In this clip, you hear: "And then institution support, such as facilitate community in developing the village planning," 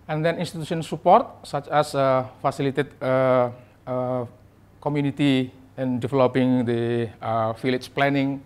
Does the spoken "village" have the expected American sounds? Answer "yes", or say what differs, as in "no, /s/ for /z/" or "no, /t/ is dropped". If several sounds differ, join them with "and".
no, /f/ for /v/